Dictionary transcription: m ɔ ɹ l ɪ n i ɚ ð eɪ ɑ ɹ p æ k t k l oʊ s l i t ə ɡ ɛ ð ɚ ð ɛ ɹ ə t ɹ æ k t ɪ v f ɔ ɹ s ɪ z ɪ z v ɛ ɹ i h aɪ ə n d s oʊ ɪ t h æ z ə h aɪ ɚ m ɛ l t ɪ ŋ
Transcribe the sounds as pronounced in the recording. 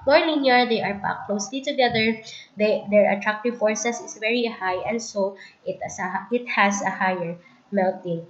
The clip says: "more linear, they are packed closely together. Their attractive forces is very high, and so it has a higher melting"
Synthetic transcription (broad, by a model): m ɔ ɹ n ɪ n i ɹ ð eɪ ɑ ɹ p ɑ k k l oʊ s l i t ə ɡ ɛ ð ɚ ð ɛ ɹ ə t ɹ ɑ k t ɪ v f ɔ ɹ s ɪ s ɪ s v ɛ ɹ i h aɪ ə n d s oʊ ɪ t h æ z ə h aɪ ɚ m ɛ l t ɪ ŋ